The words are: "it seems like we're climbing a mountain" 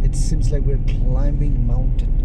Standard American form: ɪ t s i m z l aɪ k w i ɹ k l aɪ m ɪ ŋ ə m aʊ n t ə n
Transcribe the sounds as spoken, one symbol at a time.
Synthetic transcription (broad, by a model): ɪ t s i m z l aɪ k w i ɹ k l aɪ m ɪ ŋ m aʊ n t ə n